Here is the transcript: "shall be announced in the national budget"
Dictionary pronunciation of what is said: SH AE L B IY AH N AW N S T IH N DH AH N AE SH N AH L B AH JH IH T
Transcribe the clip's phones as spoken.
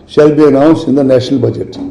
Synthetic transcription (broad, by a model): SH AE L B IY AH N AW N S IH N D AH N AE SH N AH L B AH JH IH T